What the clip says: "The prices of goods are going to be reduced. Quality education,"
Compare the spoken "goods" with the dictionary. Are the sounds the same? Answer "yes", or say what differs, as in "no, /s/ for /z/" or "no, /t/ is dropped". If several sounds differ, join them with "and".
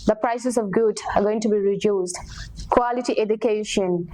no, /z/ is dropped